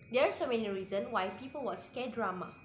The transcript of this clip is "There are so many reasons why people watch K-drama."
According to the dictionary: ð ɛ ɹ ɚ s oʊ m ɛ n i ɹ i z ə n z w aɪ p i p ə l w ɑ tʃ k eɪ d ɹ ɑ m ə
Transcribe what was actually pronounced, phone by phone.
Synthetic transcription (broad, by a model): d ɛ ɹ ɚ s oʊ m ɛ n i ɹ i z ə n w aɪ p i p ə l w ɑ s k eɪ d ɹ ɑ m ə